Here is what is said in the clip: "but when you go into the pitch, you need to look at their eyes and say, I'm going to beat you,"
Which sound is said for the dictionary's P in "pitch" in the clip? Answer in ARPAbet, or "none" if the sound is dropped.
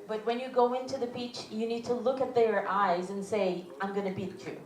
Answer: B